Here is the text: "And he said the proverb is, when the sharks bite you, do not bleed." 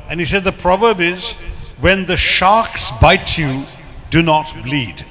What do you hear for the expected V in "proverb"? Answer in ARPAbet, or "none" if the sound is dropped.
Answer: V